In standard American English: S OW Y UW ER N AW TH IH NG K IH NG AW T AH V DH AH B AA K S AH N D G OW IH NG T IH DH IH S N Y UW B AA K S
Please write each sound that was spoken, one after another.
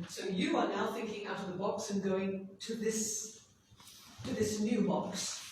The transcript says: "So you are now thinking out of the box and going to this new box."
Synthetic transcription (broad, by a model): S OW Y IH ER N AW TH IH NG K IH NG AW T AH V DH AH B AA K S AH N G OW IH NG T IH DH IH S N Y UW B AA K S